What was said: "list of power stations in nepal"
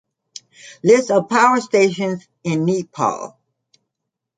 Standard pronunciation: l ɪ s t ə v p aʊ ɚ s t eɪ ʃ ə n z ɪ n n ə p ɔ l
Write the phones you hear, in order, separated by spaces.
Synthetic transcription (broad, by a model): l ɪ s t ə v p aʊ ɚ s t eɪ ʃ ə n z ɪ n n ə p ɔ l